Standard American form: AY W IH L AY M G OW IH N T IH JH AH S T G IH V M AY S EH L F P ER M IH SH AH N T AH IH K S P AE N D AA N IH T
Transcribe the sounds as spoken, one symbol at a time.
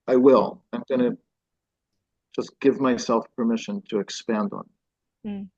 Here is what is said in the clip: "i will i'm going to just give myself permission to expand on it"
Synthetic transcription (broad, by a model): AY W IH L AY M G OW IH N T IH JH AH S G IH V M AY S EH L F P ER M IH SH AH N T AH IH K S P AE N D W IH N